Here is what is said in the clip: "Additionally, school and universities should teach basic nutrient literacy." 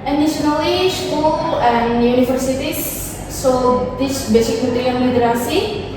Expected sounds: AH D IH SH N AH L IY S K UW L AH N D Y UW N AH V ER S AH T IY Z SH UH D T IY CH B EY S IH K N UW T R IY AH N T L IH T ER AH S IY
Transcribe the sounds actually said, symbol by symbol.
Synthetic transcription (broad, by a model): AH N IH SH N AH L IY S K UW L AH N Y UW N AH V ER S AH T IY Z S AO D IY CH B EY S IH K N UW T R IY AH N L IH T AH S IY